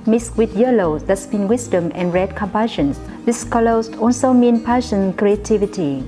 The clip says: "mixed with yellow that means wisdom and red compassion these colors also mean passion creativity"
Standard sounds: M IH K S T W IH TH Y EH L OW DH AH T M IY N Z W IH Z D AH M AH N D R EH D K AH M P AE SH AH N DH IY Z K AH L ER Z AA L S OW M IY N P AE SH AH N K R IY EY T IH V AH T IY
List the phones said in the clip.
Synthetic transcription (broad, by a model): M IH S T W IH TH Y EH L OW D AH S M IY N W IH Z D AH M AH N R EH D K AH M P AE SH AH N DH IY S K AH L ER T AA L S OW M IY N P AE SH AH N K R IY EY T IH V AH T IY